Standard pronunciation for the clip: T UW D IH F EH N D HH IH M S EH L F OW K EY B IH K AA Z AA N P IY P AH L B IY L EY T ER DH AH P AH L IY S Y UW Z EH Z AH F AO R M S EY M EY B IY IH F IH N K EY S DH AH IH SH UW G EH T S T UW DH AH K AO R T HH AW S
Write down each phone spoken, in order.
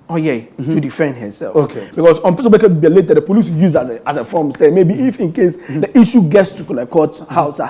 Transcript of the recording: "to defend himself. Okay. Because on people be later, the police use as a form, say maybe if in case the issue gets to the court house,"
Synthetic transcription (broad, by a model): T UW D IH F EH N D HH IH S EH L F OW K EY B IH K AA S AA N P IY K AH N B IY L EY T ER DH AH P AH L IY S Y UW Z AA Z AH F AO M S EY M EY B IY F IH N K EY S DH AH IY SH UW G EH T S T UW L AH K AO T HH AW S